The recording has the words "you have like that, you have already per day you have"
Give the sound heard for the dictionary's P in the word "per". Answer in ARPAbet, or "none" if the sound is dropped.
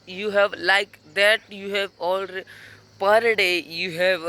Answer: P